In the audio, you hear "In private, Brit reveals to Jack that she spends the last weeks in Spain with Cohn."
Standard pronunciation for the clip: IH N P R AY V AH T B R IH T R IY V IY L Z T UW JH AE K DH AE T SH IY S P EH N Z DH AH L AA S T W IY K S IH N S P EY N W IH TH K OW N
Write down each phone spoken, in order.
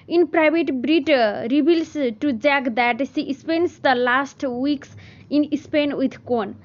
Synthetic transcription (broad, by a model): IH N P R AY B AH T B R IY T R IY B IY L S T UW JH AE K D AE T S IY S P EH N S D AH L AA S T W IY K S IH N S P EY N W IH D K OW N